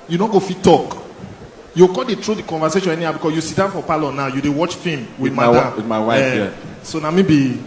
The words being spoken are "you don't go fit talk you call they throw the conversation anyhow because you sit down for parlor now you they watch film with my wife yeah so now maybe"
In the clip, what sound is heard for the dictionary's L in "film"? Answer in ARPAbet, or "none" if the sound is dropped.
none